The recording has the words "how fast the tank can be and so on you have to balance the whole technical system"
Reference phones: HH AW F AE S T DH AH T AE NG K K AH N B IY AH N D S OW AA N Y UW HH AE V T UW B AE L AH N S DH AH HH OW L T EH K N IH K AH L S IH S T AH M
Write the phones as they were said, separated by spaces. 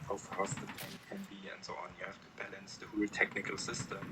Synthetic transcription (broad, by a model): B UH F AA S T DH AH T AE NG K K AH N B IY AH N D S OW AA N Y UW HH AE F T UW B AE L AH N S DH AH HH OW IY T EH K N IH K AH L S IH S T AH M